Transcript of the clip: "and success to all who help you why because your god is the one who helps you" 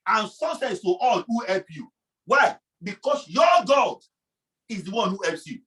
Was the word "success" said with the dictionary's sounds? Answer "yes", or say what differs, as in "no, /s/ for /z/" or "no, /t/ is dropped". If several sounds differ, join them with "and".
no, /k/ is dropped